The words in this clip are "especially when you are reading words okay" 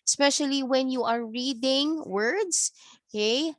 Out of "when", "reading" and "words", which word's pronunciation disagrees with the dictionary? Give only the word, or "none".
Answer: words